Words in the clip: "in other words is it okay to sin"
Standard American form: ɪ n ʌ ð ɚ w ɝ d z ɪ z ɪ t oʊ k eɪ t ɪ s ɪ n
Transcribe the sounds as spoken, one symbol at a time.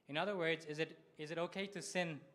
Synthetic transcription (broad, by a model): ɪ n ʌ ð ɚ w ɝ d z ɪ z ɪ t oʊ k eɪ t ɪ s ɪ n